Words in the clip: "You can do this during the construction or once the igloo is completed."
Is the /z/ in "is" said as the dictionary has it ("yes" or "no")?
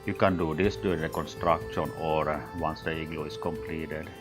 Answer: no